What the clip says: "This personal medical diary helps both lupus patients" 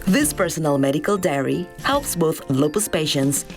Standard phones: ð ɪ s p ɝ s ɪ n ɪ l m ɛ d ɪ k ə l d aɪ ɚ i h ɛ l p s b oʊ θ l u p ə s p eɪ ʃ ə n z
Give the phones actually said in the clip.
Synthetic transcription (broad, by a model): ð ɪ s p ɝ s ɪ n ɪ l m ɛ d ɪ k ə l d aɪ ɚ i h ɛ l p s b oʊ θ l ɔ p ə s p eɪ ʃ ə n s